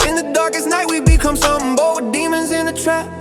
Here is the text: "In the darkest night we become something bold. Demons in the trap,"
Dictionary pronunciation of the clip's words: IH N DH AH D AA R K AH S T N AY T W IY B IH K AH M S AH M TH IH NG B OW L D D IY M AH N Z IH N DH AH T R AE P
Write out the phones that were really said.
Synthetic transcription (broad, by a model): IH N DH AH D AA R K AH S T N AY T W IY B IH K AH M S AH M B OW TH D D IY M AH N Z IH N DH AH T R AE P